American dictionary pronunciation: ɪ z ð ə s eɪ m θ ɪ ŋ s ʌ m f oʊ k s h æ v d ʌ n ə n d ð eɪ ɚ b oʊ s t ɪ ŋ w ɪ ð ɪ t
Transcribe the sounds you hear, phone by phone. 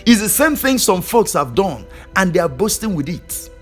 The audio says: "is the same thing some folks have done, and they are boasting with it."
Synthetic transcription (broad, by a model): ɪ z ð ə s eɪ m θ ɪ ŋ s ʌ m f oʊ k s h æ v d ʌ n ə n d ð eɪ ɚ b oʊ s t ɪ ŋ w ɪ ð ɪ t